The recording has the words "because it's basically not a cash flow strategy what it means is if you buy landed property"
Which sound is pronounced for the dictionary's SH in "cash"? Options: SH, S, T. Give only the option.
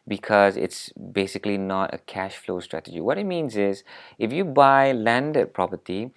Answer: SH